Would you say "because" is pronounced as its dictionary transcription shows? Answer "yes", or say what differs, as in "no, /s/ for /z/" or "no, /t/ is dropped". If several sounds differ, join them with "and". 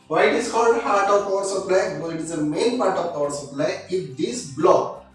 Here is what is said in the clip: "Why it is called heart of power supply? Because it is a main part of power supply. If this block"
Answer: no, /k/ is dropped